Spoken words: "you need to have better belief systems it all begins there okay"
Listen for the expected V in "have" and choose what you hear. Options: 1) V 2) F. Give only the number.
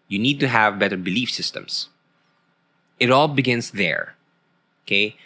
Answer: 1